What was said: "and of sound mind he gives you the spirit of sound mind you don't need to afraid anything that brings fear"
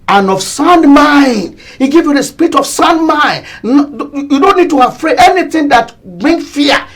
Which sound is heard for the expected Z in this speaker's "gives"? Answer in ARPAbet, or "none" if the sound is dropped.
none